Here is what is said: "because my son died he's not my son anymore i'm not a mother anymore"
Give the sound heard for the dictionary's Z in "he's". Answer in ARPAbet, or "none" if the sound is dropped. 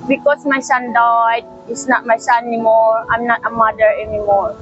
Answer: S